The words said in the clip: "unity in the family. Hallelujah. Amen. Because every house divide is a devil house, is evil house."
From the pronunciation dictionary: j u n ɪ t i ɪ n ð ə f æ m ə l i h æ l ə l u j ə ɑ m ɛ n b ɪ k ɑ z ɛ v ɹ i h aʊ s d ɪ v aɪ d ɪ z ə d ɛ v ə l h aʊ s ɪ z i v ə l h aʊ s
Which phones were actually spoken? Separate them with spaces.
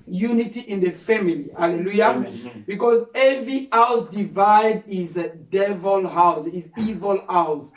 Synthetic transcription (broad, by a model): j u n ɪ t i ɪ n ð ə f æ m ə l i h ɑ l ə l u j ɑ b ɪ k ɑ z ɛ v ɹ i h aʊ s d ɪ v aɪ d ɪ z d ɛ v ə l h aʊ s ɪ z i v ə l aʊ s